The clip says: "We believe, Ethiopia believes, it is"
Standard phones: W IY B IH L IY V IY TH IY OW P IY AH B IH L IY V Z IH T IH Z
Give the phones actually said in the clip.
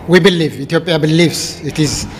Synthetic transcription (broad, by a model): W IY B IH L IY V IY T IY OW P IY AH B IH L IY V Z IH T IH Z